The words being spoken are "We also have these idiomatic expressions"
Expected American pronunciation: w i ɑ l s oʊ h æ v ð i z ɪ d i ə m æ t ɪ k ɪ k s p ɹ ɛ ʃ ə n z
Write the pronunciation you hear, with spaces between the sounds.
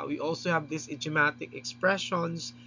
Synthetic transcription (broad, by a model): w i ɑ l s oʊ h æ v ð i s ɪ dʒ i m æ t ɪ k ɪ k s p ɹ ɛ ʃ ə n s